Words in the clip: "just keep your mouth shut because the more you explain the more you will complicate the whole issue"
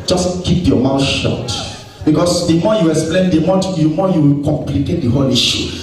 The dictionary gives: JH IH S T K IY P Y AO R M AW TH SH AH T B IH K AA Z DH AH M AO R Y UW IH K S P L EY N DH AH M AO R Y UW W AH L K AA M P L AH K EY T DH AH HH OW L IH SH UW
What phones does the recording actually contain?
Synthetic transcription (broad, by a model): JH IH S K IY P Y AO M AW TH SH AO T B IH K AA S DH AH M AO Y UW IH K S P L EY N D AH M AO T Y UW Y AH W K AA M P L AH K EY T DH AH HH OW L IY SH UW